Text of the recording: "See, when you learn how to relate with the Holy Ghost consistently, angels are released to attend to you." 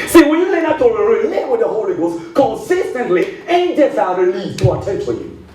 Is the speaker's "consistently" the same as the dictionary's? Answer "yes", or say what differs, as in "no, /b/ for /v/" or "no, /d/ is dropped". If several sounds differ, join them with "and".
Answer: yes